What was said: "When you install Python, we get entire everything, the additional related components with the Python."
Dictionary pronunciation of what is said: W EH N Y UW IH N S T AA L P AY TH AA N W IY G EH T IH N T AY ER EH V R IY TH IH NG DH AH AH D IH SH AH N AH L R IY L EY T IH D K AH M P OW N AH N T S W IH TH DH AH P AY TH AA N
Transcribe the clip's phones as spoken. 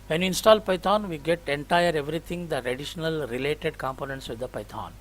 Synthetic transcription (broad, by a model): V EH N Y UW IH N S T AA L P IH T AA N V IY G EH T IH N T AY ER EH V R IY T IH NG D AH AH D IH SH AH N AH L R IY L EY T IH D K AH M P OW N AH N T S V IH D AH P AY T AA N